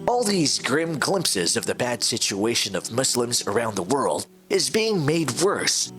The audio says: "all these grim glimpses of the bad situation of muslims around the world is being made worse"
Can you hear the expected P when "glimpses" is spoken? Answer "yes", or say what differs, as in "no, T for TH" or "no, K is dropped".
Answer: yes